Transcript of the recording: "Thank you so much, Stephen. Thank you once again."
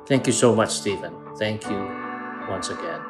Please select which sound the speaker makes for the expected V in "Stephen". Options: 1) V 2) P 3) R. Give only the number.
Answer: 1